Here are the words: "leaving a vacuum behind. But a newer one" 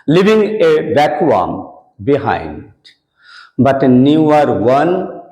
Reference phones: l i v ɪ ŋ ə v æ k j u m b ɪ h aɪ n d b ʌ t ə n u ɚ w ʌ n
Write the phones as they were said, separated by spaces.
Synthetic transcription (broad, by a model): l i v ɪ ŋ ə b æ k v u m b ɪ h aɪ n d b ʌ t n u ɚ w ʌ n